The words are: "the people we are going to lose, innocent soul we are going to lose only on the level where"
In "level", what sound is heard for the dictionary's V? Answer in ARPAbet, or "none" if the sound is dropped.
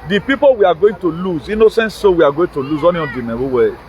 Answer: W